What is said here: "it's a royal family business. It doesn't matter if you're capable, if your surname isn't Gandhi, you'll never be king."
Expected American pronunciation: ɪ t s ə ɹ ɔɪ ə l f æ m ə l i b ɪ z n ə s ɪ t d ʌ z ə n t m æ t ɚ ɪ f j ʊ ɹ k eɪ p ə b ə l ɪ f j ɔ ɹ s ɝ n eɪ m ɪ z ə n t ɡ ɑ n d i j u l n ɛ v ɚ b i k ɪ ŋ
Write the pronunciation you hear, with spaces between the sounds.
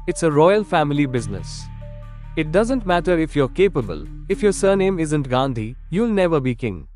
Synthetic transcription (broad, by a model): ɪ t s ə ɹ ɔɪ ə l f æ m ə l i b ɪ z n ə s ɪ t d ʌ z ə n t m æ t ɚ ɪ f j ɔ ɹ k eɪ p ə b ə l ɪ f j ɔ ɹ s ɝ n eɪ m ɪ z ə n t ɡ ɑ n d i j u l n ɛ v ɚ b i k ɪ ŋ